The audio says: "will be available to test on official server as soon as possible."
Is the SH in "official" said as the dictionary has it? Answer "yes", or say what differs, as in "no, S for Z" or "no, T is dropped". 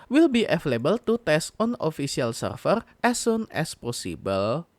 no, S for SH